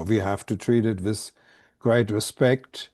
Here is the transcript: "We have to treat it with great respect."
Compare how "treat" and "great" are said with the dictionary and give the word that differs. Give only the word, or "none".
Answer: none